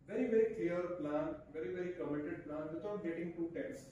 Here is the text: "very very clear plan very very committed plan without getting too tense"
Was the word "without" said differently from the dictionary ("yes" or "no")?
yes